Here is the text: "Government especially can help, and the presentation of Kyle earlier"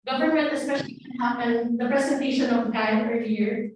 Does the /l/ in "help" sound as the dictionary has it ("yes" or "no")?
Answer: no